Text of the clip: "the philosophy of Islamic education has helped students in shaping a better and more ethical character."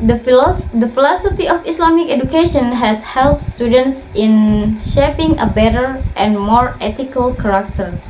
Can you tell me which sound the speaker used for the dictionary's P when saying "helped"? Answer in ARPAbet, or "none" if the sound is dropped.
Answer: P